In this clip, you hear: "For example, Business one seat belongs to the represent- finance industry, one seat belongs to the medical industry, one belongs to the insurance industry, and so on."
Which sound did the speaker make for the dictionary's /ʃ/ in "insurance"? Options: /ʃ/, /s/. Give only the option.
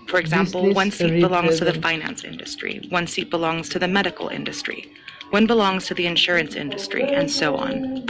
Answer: /ʃ/